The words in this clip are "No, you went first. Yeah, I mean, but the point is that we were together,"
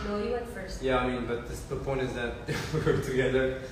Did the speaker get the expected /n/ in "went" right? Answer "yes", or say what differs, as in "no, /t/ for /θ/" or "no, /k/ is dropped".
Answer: no, /n/ is dropped